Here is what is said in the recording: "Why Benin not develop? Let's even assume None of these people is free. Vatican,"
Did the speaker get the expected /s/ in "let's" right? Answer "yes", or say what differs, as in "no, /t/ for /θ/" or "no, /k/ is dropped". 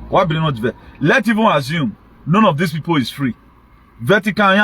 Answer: no, /s/ is dropped